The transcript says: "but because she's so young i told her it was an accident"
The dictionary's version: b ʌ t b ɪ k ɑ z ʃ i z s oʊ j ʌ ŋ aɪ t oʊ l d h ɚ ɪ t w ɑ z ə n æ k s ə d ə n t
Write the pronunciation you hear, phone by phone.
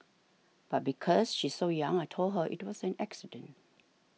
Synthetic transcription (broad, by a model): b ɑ t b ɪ k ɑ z ʃ i s oʊ j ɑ ŋ aɪ t oʊ l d h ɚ ɪ t w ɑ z ə n æ k s ə d ə n t